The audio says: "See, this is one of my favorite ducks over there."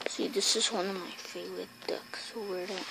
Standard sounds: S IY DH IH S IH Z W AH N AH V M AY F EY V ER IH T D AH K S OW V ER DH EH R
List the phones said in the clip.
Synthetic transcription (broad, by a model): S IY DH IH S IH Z W AH N AH V M AY F EY V ER IH T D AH K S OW W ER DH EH